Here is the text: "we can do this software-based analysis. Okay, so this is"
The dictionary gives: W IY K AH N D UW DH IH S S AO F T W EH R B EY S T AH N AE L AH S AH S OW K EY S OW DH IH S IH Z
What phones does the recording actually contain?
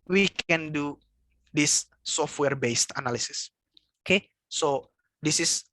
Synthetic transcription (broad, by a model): W IY K AH N D UW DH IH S S AO F T W EH R B EY S T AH N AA L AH S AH S OW K EY S OW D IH S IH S